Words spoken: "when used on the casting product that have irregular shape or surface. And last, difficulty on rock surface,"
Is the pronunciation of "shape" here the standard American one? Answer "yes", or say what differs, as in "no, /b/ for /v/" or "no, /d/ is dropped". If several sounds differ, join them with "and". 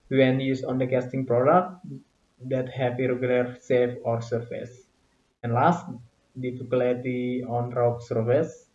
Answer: no, /s/ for /ʃ/ and /f/ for /p/